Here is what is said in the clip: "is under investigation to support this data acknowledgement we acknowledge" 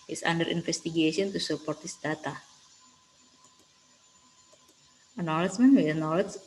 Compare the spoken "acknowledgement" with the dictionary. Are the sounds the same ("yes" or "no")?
no